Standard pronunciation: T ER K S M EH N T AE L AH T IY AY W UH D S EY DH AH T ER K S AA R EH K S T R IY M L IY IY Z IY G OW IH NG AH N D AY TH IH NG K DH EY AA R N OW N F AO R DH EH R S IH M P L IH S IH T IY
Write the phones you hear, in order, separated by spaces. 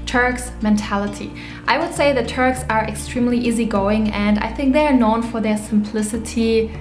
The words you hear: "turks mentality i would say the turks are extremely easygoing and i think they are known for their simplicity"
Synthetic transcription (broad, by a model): T ER K S M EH N T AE L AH T IY AY W UH D S EY DH AH T ER K S AA R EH K S T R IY M L IY IY Z IY G OW IH NG AH N D AY TH IH NG K DH EY AA R N OW N F AO R DH EH R S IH M P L IH S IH T IY